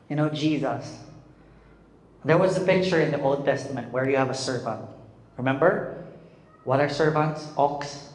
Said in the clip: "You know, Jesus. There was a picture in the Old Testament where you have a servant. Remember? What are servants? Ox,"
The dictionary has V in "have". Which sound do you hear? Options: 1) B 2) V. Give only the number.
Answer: 2